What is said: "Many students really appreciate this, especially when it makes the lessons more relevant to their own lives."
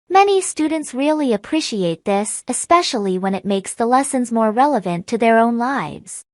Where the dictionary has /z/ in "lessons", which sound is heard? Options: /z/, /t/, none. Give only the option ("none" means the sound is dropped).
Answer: /z/